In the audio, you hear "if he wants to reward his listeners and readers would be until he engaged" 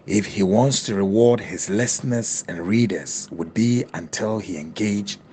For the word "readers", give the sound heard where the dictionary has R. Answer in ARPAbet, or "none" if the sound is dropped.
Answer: R